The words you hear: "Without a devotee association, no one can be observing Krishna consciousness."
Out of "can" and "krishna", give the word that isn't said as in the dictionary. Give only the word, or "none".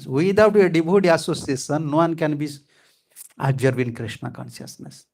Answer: none